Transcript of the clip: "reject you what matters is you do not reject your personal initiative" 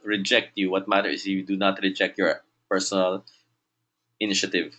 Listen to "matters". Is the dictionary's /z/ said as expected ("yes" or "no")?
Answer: no